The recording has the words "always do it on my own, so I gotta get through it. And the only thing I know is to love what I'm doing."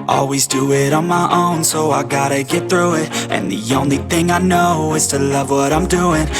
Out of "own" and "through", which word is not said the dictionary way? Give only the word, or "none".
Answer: none